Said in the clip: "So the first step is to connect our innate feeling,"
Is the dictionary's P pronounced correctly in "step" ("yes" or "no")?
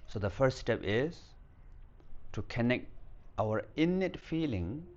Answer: yes